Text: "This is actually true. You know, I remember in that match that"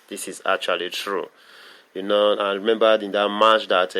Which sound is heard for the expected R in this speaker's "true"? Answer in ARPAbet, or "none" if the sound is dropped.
R